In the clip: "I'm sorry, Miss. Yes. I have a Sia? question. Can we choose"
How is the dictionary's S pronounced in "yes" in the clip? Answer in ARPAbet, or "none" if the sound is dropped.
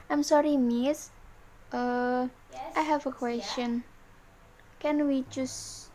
none